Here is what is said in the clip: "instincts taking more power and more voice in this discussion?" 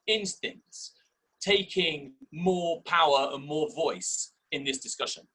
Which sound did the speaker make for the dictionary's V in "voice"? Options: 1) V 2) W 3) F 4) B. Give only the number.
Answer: 1